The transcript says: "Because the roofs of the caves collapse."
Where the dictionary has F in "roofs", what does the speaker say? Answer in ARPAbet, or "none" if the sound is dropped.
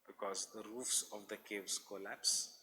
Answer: F